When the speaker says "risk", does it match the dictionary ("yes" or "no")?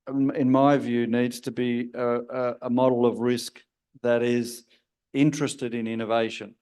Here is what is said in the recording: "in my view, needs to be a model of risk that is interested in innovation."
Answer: yes